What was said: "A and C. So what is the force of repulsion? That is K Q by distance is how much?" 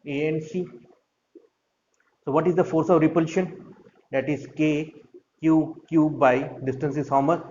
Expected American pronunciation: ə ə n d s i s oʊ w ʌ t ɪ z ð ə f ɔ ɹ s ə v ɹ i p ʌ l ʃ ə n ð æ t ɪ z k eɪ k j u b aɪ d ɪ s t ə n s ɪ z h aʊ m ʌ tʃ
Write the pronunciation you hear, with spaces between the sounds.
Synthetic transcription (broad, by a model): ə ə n s i s oʊ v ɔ t ɪ z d ə f ɔ ɹ s ə v ɹ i p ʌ l ʃ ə n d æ t ɪ z k eɪ k j u b aɪ d ɪ s t ə n s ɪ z h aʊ m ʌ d